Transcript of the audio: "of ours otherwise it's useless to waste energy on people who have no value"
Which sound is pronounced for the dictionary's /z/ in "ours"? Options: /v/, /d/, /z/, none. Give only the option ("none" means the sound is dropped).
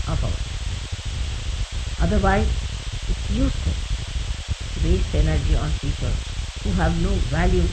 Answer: none